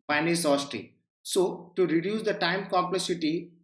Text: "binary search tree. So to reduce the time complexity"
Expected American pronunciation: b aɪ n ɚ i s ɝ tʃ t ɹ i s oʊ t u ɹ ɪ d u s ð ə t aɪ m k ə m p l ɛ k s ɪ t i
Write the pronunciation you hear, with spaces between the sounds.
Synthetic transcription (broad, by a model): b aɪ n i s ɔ s t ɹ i s oʊ t u ɹ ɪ d u s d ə t aɪ m k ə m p l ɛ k s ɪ t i